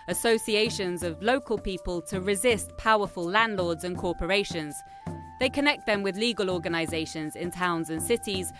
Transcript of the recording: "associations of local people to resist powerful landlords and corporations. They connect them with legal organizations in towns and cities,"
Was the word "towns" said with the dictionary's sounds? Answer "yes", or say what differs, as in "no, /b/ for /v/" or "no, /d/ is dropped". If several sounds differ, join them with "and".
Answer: yes